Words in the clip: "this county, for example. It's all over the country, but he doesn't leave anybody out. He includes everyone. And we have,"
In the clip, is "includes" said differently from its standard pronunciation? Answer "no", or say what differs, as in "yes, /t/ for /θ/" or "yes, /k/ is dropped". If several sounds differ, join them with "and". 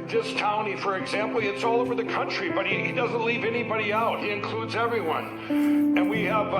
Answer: no